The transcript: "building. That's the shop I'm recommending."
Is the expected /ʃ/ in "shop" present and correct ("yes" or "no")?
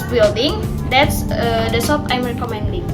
no